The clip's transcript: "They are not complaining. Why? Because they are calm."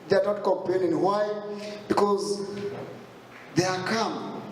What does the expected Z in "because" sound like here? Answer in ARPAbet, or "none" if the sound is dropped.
Z